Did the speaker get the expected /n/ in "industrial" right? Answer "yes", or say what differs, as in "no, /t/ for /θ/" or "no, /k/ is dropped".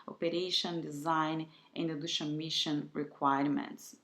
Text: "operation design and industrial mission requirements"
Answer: no, /n/ is dropped